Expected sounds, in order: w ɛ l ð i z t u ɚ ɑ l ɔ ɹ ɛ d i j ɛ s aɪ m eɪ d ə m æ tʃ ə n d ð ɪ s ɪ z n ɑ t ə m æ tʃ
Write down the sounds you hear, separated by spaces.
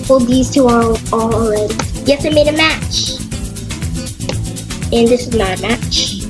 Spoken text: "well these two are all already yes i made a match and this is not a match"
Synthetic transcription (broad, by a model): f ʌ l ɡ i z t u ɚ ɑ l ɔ l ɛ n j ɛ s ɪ m eɪ d ə m æ tʃ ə n ð ɪ s ɪ z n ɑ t ə m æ tʃ